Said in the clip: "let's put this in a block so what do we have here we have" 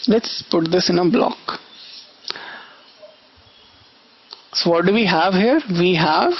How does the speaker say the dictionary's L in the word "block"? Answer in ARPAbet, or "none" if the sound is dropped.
L